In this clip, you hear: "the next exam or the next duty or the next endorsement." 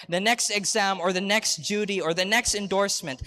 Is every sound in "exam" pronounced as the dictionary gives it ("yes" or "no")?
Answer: yes